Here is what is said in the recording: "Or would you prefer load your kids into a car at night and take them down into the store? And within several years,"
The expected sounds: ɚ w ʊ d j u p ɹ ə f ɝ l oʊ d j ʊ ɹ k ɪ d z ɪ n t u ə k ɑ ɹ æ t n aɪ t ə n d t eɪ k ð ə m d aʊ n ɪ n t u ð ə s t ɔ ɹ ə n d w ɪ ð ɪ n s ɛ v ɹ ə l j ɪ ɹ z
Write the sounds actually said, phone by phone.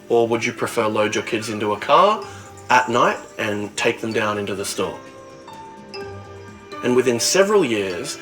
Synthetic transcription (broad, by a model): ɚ w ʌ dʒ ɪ p ɹ ə f ɝ l oʊ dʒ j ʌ ɹ k ɪ d z ɪ n t u ə k ɑ ɹ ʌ t n aɪ t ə n t eɪ k ð ə m d aʊ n ɪ n t u ð ə s t ɔ ɹ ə n w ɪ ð ɪ n s ɛ v ɹ ə l j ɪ ɹ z